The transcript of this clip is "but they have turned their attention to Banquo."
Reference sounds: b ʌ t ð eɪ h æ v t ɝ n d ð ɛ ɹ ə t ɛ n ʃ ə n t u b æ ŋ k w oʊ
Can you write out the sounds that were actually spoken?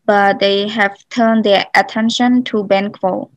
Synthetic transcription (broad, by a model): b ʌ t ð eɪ h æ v t ɝ n d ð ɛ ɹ ə t ɛ n ʃ ə n t u b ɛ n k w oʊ